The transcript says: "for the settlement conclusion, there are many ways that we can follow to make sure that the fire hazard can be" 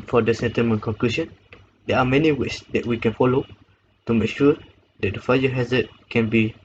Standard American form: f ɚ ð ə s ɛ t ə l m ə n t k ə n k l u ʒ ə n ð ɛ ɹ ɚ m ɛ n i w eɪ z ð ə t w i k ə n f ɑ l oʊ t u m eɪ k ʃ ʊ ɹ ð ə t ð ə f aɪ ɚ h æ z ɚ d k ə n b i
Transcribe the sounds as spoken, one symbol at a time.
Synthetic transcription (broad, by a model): f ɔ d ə s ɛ t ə m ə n k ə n k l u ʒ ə n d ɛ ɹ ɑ m ɛ n i w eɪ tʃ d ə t w i k ə n f ɑ l oʊ t u m eɪ k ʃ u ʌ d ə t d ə f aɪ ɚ h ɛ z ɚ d k ə n b i